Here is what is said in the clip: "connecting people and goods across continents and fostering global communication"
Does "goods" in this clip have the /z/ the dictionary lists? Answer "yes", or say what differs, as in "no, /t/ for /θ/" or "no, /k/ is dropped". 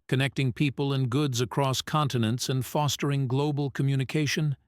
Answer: yes